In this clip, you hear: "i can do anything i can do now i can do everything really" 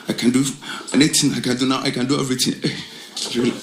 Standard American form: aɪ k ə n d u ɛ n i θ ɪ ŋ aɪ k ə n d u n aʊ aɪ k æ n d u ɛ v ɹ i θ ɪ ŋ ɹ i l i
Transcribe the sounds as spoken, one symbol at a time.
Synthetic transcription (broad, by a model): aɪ k ə n d u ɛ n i t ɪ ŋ aɪ k ə n d u n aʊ aɪ k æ n d u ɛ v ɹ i t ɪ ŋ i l